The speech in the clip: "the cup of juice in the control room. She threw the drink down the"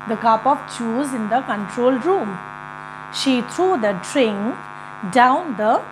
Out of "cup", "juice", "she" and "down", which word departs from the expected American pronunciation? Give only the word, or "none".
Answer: juice